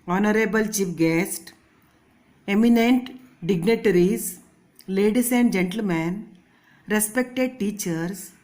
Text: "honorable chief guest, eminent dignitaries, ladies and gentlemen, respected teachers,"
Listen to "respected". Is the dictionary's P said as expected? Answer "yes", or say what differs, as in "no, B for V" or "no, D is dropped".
yes